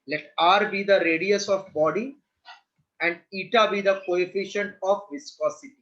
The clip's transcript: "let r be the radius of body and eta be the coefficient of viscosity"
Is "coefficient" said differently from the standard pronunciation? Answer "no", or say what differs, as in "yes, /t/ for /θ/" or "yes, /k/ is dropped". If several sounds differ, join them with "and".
no